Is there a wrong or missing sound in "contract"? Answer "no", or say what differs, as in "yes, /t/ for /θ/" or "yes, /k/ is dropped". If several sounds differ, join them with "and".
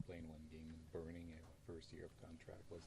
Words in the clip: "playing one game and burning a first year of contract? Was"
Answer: no